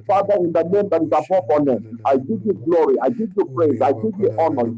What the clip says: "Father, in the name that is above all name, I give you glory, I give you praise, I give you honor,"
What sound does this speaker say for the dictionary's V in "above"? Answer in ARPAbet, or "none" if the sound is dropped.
F